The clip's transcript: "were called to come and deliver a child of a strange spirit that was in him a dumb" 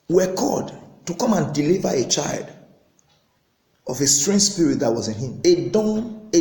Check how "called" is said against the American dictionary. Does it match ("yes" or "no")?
no